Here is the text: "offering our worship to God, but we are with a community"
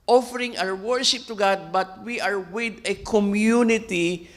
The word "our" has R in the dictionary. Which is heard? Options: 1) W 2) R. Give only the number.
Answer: 1